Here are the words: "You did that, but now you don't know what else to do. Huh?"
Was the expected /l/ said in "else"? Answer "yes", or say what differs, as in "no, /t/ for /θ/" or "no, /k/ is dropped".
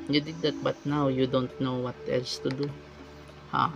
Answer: yes